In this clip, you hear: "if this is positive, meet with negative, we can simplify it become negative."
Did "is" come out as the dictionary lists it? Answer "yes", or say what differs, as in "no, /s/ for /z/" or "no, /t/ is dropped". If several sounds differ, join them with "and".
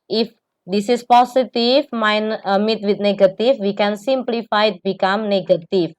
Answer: no, /s/ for /z/